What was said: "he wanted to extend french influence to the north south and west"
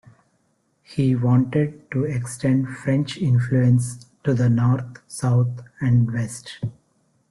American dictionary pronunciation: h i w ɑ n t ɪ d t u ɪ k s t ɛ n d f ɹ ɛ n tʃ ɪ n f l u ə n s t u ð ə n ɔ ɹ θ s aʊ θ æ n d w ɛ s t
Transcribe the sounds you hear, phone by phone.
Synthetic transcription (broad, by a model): h i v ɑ n t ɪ d t u ɪ k s t ɛ n d f ɹ ɛ n tʃ ɪ n f l u ə n s t u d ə n ɔ ɹ t s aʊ t æ n d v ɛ s t